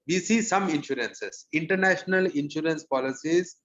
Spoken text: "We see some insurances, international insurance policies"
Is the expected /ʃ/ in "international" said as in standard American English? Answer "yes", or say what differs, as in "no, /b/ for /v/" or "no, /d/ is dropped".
yes